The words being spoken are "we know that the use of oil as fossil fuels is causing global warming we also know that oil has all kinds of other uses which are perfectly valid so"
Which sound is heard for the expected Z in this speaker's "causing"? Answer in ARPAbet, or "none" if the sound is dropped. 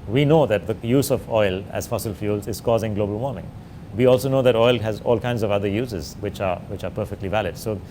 Z